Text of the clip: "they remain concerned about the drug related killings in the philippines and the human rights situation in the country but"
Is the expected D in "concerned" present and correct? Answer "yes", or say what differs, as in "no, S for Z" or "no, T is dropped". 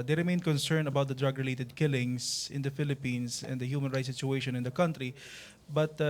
no, D is dropped